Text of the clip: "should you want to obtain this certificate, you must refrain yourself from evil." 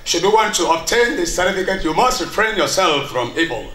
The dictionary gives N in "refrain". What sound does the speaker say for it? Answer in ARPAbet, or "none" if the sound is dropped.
N